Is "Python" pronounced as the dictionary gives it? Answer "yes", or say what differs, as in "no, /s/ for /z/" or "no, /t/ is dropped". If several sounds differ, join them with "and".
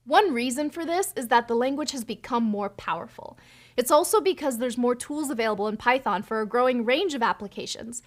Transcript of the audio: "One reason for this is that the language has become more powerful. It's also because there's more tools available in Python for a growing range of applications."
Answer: yes